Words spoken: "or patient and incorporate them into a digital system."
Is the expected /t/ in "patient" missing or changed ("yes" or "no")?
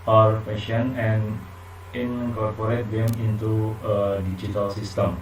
yes